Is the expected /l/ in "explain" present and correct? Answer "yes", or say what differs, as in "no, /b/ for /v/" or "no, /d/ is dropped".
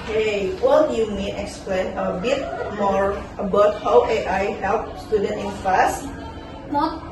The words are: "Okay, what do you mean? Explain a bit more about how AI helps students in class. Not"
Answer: yes